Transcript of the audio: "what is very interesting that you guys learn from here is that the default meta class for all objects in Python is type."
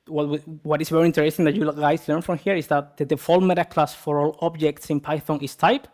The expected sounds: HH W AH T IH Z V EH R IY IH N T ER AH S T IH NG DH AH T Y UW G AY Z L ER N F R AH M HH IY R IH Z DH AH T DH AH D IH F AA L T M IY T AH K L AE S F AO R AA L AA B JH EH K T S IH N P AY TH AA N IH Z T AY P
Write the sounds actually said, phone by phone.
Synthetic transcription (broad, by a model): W W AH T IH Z V EH R IY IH N T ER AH S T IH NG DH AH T Y UW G AY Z L ER N F R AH M HH IY R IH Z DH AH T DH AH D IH F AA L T M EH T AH K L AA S F AO R AA L AA B JH EH K T S IH N P AY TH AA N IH S T AY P